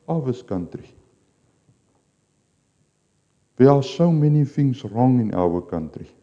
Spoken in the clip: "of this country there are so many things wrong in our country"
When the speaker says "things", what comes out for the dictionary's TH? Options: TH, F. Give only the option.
F